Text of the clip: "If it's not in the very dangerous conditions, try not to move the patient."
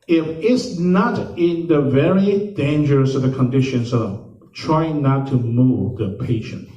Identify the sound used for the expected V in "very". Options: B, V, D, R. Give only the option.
V